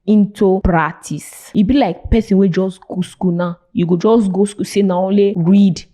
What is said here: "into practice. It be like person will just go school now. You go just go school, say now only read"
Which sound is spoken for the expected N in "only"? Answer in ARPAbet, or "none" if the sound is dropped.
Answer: none